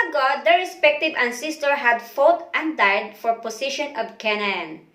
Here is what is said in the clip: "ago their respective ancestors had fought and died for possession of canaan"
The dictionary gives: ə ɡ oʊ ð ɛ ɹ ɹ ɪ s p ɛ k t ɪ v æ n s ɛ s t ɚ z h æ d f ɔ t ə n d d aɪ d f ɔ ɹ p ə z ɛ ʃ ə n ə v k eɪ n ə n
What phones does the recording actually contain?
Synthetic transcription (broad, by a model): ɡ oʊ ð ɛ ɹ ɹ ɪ s p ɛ k t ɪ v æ n s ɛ s t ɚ h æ d f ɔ t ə n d d aɪ d f ɔ ɹ p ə s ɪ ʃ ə n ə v k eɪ n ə n